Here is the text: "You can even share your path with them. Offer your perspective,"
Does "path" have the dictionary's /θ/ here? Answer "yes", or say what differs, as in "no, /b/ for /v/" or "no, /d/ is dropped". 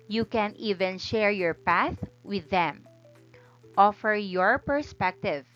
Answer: yes